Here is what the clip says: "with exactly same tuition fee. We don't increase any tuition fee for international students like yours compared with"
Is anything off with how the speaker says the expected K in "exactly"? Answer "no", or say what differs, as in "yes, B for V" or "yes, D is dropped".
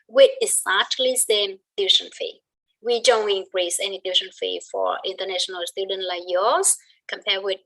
yes, K is dropped